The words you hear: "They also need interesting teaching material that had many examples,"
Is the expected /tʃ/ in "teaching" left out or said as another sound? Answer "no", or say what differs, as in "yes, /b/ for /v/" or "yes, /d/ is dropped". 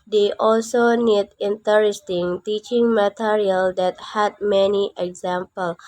no